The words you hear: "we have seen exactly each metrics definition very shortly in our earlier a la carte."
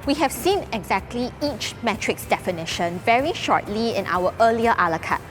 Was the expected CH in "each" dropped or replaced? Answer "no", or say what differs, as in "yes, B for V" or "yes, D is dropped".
no